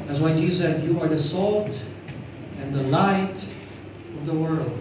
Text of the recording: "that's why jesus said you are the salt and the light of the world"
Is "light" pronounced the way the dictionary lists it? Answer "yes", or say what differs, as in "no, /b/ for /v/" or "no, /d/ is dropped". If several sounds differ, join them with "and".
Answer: yes